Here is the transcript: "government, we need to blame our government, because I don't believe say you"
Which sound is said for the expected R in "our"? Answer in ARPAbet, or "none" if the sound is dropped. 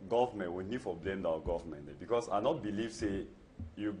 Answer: W